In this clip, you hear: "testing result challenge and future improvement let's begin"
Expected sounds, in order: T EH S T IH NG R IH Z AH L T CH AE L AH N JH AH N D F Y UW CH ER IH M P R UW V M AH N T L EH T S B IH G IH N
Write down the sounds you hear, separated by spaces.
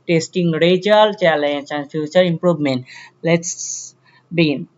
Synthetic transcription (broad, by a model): T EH S T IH NG R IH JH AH L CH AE L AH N CH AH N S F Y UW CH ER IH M P R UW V M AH N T L EH T S B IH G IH N